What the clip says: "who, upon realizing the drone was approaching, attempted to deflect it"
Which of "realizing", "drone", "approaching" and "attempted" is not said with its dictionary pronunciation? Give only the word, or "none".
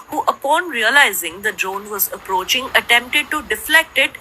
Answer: none